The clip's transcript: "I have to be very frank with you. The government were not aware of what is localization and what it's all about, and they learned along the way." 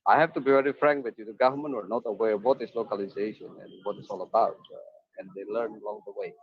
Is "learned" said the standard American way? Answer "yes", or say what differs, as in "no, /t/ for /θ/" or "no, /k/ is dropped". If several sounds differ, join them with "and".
no, /d/ is dropped